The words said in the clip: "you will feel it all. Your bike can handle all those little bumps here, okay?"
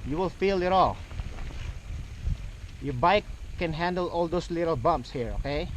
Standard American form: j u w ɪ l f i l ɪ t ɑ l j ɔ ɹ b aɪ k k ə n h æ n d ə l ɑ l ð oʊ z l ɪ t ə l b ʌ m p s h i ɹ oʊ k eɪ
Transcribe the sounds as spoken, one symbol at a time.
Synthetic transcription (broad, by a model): j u w ɪ l f i l ɪ t ɑ l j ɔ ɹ b aɪ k k ə n h æ n d ə l ɑ l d oʊ s l ɪ t ə l b ʌ m p s h i ɹ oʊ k eɪ